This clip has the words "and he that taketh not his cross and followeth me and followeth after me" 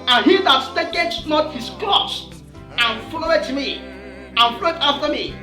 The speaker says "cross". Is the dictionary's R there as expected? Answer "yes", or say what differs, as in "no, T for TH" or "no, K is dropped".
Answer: no, L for R